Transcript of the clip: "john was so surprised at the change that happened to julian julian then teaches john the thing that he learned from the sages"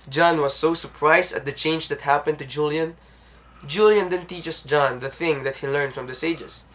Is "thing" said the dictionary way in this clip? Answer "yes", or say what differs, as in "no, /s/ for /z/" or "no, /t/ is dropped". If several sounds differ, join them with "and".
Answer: yes